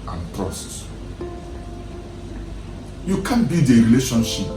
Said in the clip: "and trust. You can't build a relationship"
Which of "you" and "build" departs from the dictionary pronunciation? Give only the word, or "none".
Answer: build